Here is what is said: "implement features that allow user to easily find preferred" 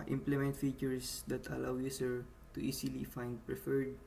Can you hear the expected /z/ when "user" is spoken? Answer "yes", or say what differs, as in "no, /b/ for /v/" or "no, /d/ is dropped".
no, /s/ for /z/